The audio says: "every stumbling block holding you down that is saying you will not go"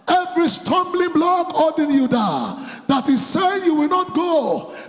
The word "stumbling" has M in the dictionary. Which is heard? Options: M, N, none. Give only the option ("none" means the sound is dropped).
M